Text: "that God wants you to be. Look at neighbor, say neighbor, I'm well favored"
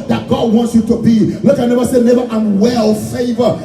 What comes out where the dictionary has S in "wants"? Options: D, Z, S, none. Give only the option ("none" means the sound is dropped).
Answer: S